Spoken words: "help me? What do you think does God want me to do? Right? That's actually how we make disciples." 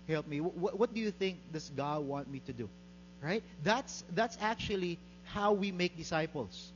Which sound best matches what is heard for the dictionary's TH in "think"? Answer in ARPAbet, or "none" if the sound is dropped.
TH